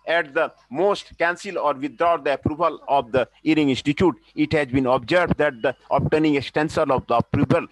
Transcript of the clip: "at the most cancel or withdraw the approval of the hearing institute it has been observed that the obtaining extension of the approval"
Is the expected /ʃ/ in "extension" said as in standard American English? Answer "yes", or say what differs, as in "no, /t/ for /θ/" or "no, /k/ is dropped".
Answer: no, /s/ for /ʃ/